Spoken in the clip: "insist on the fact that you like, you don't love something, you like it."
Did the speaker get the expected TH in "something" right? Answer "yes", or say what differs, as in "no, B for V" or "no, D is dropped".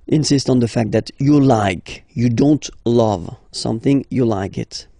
yes